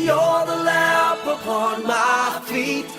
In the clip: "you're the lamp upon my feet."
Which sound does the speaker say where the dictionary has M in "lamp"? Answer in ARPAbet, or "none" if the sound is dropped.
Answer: none